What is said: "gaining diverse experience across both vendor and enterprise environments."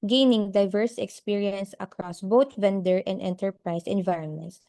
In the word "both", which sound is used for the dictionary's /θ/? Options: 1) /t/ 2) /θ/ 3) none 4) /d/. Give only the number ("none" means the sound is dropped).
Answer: 1